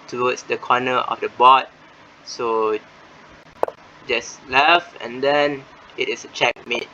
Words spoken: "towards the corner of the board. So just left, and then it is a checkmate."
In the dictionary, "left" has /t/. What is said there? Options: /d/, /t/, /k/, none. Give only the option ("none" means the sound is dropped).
none